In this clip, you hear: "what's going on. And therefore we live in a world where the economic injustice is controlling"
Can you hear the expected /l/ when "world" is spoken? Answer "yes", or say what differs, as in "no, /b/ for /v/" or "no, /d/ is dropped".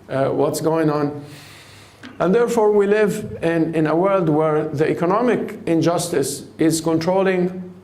yes